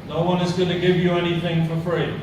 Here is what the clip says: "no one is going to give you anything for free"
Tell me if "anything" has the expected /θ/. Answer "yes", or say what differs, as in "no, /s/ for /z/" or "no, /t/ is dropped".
yes